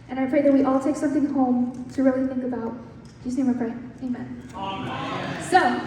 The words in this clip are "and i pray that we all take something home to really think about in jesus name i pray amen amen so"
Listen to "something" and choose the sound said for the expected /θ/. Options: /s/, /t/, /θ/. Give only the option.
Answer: /θ/